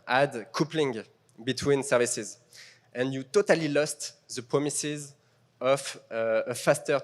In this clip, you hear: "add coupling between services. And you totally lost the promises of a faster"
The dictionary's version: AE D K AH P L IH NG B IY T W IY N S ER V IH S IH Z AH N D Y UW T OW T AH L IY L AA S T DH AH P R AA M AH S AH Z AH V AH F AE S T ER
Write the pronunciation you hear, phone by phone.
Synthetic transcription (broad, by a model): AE D K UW P L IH NG B IY T W IY N S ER V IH S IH Z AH N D Y UW T OW T AH L IY L AA S T DH AH P R AA M AH S AH Z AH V AH F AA S T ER